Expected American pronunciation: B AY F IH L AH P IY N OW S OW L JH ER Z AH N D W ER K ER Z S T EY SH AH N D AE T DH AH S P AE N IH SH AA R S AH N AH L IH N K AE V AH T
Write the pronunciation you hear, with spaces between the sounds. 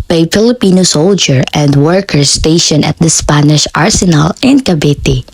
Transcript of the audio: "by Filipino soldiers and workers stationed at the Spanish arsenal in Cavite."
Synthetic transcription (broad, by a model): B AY F IH L AH P IY N OW S OW L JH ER AH N D W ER K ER S T EY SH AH N AH T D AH S P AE N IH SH AA R S AH N AH L IH N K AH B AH T